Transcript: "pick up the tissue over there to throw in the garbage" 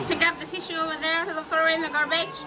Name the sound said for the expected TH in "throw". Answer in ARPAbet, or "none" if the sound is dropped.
F